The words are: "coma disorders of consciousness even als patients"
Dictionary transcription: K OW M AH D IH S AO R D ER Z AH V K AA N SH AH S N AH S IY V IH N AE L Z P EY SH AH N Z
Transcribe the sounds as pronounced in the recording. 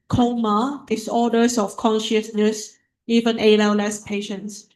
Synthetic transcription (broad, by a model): K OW M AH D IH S AO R D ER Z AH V K AA N SH AH S N AH S IY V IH N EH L S P EY SH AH N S